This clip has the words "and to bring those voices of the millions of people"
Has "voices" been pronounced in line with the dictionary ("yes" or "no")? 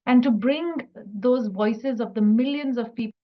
yes